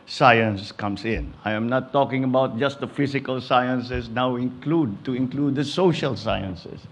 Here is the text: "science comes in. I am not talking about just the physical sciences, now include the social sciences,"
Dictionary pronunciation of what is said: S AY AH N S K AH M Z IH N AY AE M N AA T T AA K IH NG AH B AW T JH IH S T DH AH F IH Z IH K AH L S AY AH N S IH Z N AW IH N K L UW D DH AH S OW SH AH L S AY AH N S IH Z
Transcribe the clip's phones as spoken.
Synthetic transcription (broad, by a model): S AY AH N S K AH M S IH N AY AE M N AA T T AA K IH NG AH B AW T JH IH S T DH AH F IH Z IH K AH L S AY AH N S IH S N AW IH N K L UW D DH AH S OW SH AH L S AY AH N S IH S